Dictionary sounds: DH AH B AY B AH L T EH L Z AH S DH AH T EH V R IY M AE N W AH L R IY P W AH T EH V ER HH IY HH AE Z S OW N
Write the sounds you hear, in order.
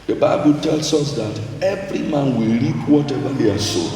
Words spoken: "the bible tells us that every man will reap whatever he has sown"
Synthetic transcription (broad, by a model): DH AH B AY B AH L T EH L S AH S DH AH T EH V R IY M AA N W AH L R IY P W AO T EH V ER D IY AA S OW